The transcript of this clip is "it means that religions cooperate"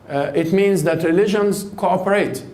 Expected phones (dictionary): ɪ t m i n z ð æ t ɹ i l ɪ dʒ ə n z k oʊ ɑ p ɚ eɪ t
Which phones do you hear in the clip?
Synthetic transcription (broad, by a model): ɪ t m i n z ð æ t ɹ i l ɪ dʒ ə n z k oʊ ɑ p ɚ eɪ t